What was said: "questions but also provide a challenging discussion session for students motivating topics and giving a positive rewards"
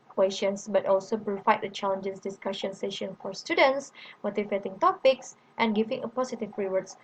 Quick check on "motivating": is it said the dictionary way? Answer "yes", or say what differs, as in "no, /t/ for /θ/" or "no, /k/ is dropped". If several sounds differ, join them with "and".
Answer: no, /f/ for /v/